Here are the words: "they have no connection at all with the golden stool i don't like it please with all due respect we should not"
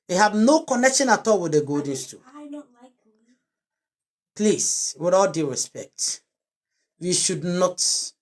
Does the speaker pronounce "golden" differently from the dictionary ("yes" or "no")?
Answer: yes